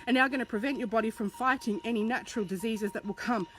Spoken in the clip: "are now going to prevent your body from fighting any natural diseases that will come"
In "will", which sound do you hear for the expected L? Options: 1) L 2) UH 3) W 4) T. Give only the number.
1